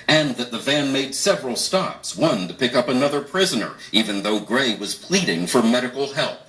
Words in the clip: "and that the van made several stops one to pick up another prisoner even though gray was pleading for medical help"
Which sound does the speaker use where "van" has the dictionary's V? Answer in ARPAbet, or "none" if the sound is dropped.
V